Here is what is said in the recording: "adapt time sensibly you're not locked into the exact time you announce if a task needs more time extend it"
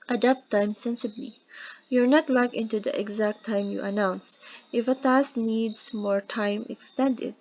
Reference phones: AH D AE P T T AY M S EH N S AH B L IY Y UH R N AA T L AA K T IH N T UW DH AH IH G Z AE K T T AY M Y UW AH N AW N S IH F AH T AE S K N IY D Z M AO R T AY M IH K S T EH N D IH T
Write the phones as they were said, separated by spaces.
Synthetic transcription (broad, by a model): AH D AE P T T AY M S EH N S AH B L IY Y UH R N AA T L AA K IH N T UW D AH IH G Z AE K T T AY M Y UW AH N AW N S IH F AH T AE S N IY D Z M AO R T AY M IH K S T EH N D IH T